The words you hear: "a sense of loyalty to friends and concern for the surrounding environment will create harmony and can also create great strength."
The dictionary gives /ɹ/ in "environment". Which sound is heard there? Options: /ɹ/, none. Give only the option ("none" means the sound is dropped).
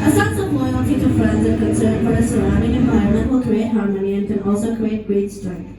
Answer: none